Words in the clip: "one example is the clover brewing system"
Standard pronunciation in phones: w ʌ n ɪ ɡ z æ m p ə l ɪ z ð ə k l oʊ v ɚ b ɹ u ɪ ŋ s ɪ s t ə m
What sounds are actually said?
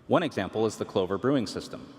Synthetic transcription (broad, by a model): w ʌ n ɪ ɡ z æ m p l ɪ z ð ə k l oʊ v ɚ b ɹ u ɪ ŋ s ɪ s t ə m